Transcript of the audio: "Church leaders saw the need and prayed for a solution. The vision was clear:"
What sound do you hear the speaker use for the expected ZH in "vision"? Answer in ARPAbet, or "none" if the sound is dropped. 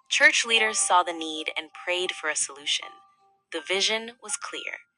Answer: ZH